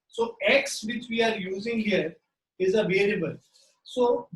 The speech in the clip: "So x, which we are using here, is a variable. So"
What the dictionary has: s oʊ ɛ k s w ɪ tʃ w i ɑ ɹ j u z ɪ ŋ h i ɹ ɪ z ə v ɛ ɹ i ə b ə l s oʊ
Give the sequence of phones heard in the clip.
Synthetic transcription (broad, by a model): s oʊ ɛ k s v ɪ tʃ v i ɑ ɹ j u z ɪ ŋ h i ɹ ɪ z ə v ɛ l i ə b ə l s oʊ